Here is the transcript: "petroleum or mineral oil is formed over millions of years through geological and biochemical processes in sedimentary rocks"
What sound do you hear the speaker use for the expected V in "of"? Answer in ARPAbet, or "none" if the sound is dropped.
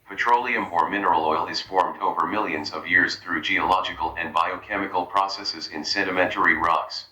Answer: V